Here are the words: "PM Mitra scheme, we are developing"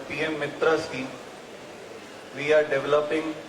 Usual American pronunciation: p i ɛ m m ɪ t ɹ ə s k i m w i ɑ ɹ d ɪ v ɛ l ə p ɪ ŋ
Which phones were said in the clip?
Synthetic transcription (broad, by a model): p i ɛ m m ɪ t ɹ ə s i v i ɑ ɹ d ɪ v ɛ l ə p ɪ ŋ